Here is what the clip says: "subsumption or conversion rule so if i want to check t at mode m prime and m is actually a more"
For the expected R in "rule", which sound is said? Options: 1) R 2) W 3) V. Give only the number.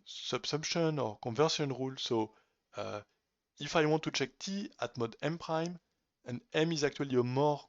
1